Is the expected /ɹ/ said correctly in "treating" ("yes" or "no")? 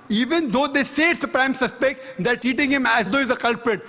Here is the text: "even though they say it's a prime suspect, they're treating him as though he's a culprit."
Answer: no